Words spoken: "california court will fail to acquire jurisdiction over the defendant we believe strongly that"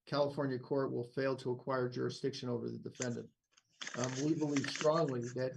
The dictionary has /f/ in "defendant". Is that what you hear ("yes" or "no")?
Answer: yes